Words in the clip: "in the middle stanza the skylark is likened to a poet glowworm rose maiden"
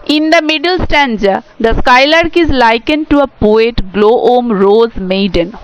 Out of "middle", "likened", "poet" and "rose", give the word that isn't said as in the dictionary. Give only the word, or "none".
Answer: none